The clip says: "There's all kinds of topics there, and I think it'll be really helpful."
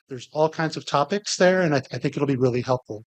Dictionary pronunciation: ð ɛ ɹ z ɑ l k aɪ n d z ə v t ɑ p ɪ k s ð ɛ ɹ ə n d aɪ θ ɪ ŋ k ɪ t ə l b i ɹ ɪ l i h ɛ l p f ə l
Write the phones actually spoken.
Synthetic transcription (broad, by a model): ð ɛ ɹ z ɑ l k aɪ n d z ə v t ɑ p ɪ k s ð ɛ ɹ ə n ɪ aɪ θ ɪ ŋ k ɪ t l b i ɹ ɪ l i h ɛ l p f l